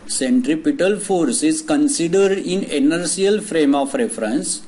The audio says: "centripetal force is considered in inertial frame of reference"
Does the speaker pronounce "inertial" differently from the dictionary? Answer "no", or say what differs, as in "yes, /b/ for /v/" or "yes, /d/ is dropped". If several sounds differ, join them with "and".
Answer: yes, /s/ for /ʃ/